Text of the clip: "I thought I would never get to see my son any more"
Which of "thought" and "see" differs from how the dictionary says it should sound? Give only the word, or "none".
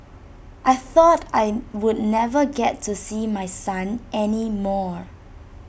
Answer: none